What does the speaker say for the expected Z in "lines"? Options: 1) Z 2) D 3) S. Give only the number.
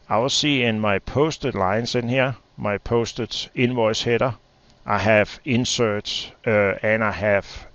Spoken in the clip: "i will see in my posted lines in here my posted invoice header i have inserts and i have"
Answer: 3